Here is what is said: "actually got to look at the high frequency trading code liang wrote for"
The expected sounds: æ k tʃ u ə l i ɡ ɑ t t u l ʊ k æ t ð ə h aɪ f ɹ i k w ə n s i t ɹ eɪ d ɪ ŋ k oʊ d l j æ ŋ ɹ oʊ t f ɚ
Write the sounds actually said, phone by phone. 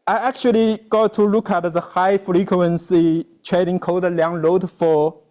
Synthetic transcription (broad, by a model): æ k tʃ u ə l i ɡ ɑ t t u l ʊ k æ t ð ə h aɪ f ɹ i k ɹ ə n s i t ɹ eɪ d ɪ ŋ k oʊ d l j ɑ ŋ l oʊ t f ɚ